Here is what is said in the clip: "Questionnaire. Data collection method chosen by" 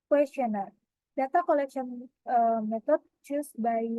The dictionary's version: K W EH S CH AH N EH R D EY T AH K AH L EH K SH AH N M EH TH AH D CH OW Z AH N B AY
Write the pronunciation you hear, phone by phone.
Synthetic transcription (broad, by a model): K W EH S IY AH N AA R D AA T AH K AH L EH K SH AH N M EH T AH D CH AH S B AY